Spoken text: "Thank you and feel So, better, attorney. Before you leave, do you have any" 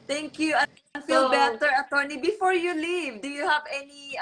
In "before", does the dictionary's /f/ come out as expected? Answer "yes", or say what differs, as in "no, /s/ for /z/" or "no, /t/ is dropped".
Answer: yes